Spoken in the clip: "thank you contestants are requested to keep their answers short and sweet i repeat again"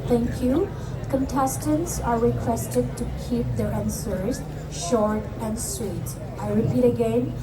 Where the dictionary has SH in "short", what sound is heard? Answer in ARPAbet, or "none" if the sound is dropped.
SH